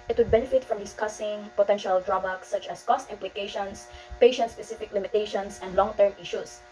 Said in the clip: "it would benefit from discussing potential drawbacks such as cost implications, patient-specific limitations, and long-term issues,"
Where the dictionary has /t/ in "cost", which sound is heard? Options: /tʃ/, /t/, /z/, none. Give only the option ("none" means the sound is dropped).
/t/